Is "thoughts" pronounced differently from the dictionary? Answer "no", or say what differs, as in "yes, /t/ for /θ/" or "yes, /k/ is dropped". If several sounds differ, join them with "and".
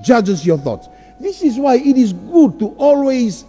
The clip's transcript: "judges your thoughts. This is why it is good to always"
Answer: no